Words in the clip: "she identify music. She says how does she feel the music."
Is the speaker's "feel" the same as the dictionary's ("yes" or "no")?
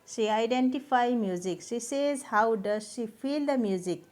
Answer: no